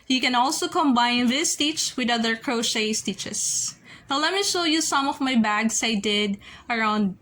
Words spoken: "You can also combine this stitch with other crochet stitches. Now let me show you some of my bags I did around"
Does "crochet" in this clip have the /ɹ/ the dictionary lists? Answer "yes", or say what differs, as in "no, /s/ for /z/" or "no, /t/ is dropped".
yes